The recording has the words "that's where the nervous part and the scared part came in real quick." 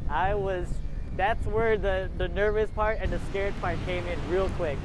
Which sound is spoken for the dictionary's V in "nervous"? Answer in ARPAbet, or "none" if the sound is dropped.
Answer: V